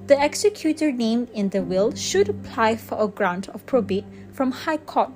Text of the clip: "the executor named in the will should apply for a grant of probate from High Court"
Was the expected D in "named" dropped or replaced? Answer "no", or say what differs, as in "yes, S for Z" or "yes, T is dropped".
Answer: yes, D is dropped